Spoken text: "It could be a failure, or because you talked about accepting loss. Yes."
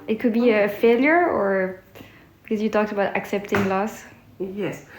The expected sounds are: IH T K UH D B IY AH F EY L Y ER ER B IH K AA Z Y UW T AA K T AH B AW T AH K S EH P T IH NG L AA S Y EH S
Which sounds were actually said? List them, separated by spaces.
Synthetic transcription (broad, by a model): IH T K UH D B IY AH F EY L Y ER ER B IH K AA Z Y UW T AA K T AH B AW T AH K S EH P T IH NG L AA S Y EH S